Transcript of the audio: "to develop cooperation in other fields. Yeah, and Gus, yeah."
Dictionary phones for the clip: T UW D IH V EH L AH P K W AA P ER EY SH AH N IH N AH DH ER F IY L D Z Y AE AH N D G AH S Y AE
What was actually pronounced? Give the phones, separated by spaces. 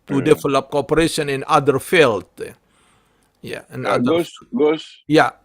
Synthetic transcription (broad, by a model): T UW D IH F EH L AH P K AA P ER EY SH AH N IH N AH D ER F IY L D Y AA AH N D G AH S Y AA